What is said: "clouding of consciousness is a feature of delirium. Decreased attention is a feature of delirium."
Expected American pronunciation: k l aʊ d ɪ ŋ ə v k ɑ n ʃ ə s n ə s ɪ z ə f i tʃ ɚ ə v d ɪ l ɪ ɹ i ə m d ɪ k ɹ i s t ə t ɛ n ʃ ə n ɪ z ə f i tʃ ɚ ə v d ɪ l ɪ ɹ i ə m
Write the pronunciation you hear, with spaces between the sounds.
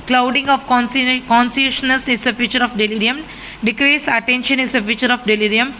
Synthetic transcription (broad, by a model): k l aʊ d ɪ ŋ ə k k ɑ n s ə ʃ n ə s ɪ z ə f i tʃ ɚ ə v d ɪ l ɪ ɹ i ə m d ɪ k ɹ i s ə t ɛ n ʃ ə n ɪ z ə f i tʃ ɚ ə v d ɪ l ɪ ɹ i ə m